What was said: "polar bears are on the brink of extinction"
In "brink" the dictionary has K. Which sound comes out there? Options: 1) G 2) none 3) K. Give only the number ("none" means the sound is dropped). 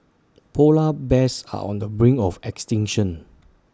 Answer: 2